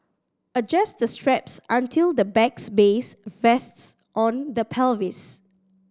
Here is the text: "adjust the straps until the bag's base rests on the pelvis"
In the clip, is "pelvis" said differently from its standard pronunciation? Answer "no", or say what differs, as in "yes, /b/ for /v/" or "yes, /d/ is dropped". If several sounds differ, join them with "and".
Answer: no